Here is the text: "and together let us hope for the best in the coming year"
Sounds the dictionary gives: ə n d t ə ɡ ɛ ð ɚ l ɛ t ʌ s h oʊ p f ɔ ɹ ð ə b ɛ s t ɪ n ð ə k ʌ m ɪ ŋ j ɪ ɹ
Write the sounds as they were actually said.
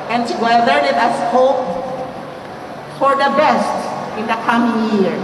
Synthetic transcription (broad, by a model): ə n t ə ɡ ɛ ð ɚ n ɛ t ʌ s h oʊ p f ɔ ɹ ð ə b ɛ s t ɪ n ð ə k ʌ m ɪ ŋ j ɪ ɹ